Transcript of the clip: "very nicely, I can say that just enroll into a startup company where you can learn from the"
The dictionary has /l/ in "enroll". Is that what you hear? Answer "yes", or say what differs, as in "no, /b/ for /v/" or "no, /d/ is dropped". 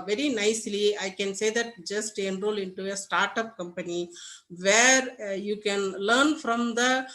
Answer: yes